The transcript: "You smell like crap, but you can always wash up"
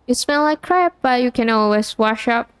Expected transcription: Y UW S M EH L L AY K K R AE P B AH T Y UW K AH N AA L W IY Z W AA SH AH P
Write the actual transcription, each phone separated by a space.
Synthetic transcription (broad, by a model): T S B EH N L AY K K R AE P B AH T Y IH K AH N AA L W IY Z W AA SH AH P